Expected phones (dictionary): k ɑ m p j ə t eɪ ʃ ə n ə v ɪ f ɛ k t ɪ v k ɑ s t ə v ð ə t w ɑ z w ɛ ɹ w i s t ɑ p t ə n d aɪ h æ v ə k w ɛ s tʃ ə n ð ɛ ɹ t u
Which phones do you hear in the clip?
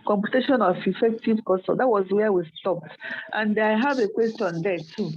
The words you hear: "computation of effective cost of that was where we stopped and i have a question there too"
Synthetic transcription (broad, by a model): k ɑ m p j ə t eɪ ʃ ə n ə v ɪ f ɛ k t ɪ v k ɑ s ə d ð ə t w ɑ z w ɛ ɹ w i s t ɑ p t ə n d aɪ h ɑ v ə k w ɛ s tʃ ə n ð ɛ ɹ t u